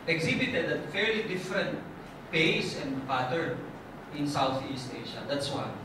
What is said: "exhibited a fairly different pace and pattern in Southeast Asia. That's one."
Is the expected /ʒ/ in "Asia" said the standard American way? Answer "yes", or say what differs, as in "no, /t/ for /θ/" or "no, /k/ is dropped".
no, /ʃ/ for /ʒ/